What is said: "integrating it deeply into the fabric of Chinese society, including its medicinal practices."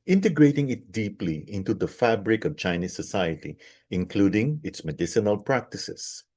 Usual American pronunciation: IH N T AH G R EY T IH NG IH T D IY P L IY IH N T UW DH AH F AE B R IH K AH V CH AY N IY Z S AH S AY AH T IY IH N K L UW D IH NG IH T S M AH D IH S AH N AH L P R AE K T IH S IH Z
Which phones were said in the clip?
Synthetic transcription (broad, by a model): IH N T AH G R EY T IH NG IH T D IY P L IY IH N T UW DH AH F AE B R IH K AH V CH AY N IY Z S AH S AY AH T IY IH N K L UW D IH NG IH T S M AH D IH S AH N AH L P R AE K T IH S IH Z